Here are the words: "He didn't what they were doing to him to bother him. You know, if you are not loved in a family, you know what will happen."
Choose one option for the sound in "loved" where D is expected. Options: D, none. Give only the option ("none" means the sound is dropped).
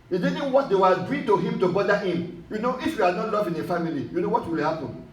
none